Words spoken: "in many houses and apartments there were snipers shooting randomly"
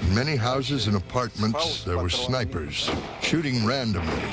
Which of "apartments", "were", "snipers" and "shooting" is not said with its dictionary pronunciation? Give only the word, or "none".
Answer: none